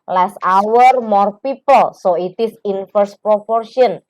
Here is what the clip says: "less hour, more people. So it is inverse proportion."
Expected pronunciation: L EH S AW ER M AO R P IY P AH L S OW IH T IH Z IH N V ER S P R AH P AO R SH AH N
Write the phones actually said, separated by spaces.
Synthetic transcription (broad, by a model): L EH S AW ER M AO R P IY P AH L S OW IH T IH S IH N F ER S P R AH P AO R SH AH N